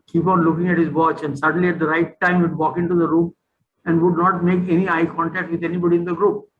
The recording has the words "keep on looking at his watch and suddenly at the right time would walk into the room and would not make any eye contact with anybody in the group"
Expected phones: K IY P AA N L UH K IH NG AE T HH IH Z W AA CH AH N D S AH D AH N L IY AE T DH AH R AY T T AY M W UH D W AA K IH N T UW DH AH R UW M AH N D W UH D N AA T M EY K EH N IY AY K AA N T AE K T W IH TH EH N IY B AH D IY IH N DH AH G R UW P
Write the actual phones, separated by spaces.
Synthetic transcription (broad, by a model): K IY P AA N L UH K IH NG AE T HH IH Z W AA CH AH N D S AH D AH N L IY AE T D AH R AY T T AY M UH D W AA K IH N T UW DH AH R UW M AH N D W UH D N AA T M EY K EH N IY AY K AA N T AE K T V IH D EH N IY B AH D IY IH N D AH G R UW P